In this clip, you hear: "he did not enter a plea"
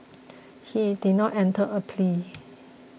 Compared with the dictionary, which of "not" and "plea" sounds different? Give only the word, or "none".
none